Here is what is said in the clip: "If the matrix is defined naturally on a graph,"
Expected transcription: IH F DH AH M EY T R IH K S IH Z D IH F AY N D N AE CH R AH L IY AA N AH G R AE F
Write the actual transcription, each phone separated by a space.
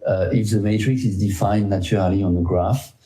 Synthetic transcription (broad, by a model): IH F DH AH M EY T R IH K S IH Z D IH F AY N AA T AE R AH L IY AA N AH G R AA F